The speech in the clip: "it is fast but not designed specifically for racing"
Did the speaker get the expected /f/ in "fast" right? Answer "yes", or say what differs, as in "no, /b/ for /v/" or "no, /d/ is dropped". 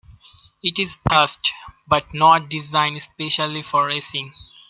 no, /p/ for /f/